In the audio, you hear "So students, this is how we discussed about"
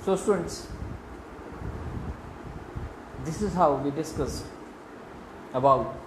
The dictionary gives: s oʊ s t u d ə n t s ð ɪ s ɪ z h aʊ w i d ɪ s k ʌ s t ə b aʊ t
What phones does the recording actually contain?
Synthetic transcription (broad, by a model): s oʊ s t u d ə n t s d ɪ s ɪ z h aʊ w i d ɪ s k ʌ s ə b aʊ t